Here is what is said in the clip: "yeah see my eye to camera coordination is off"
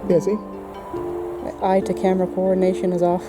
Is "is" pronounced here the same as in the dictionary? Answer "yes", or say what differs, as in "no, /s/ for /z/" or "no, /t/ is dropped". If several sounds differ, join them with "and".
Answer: yes